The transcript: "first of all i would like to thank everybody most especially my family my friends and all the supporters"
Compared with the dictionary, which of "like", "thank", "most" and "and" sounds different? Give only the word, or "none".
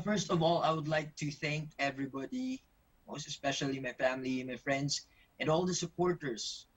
none